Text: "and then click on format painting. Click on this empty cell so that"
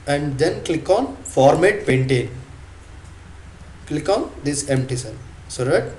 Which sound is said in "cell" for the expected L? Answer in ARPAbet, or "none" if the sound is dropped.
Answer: N